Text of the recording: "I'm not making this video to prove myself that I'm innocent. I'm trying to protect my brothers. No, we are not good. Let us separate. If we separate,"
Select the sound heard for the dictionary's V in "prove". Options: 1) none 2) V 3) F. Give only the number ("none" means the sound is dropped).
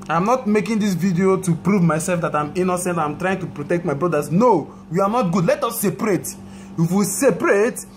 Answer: 2